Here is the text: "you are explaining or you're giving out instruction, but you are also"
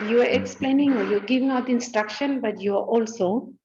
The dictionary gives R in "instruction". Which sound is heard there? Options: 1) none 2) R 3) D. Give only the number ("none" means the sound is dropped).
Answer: 2